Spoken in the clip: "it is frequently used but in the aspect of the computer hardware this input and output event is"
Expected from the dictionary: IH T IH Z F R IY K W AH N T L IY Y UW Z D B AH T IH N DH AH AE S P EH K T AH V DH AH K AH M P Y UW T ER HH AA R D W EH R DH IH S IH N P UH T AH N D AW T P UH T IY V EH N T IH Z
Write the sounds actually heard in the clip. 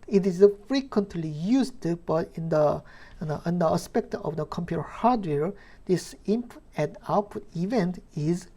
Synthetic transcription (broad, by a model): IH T IH Z F R IY K W AH N T L IY Y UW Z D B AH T IH N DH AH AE S P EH K T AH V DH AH K AH M P Y UW T ER HH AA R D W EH R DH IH S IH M P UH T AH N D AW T P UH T IY V EH N T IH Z